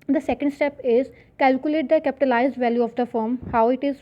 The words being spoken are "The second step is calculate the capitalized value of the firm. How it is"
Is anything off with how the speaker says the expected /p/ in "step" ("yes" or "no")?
no